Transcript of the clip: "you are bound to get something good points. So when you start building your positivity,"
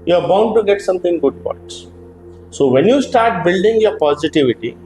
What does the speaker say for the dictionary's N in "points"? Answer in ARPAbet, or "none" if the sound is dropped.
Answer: none